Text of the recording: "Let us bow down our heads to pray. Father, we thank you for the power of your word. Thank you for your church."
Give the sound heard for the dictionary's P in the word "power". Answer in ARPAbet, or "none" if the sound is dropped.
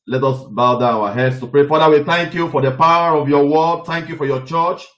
P